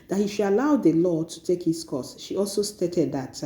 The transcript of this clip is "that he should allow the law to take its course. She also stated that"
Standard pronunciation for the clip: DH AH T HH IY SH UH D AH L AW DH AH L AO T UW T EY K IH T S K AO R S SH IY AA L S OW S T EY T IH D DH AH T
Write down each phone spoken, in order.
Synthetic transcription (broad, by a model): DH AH T HH IY SH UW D AH L AW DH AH L AO T UW T EY K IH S K AO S SH IY AA L S OW S T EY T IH D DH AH T